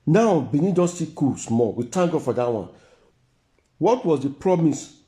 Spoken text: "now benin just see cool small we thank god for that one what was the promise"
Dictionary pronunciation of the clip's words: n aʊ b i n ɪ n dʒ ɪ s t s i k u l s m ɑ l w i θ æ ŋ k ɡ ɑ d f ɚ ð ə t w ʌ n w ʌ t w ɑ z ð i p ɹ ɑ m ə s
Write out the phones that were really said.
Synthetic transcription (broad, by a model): n aʊ b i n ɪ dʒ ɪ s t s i k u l s m ɑ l w i t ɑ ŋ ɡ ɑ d f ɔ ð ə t w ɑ n w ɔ t w ɑ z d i p ɹ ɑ m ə s